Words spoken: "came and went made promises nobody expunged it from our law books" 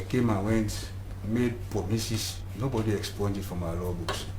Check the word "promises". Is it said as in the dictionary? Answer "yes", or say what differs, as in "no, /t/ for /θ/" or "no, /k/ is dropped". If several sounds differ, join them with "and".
no, /s/ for /z/